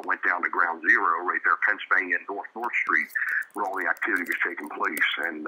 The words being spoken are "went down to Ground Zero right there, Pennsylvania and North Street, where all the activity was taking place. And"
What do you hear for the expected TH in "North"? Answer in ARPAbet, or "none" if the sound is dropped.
TH